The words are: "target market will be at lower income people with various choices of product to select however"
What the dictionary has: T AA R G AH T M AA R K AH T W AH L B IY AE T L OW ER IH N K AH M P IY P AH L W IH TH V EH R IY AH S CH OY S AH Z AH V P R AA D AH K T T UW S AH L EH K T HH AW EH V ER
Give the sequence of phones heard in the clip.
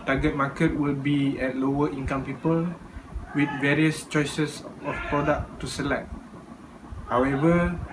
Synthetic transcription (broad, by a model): T AA G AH T M AA K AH T W AH L B IY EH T L OW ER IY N K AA M P IY P AH L W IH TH V EH R IY AH S CH OY S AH S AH F P R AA D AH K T T UW S AH L EH K T HH AW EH V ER